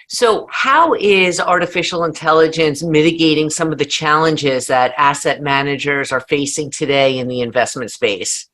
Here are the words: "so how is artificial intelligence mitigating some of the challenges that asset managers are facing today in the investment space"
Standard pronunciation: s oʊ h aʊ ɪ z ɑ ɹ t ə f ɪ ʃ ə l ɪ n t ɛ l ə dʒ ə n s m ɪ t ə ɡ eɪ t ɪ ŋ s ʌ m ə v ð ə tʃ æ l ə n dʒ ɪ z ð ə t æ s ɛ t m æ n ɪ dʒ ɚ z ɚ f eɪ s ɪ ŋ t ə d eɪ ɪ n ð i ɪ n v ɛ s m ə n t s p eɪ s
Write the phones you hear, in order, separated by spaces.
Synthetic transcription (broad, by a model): s oʊ h aʊ ɪ z ɑ ɹ t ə f ɪ ʃ l ɪ n t ɛ l ə dʒ ə n s m ɪ t ə ɡ eɪ t ɪ ŋ s ʌ m ə v ð ə tʃ æ l ə n dʒ ɪ z ð ə t æ s ɛ t m æ n ɪ dʒ ɚ z ɚ f eɪ s ɪ ŋ t ə d eɪ ɪ n ð i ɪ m v ɛ s m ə n t s p eɪ s